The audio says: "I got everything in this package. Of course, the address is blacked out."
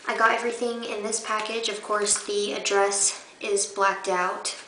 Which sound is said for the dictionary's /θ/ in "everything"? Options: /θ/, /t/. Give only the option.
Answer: /θ/